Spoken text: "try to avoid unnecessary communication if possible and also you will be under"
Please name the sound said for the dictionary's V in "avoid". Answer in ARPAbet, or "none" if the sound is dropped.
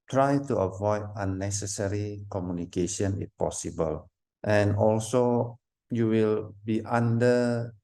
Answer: V